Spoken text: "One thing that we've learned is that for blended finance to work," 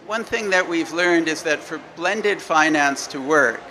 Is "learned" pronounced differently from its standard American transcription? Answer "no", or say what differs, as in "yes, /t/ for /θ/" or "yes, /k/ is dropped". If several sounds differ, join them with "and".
no